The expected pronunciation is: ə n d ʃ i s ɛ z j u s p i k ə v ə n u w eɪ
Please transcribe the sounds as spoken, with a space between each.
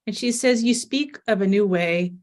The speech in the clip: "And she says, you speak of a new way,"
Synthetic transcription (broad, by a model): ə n ʃ i s ɛ z j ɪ s p i k ə v ə n u w eɪ